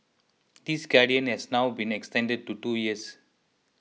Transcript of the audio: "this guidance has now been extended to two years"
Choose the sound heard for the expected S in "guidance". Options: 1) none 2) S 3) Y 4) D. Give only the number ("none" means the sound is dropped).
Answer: 1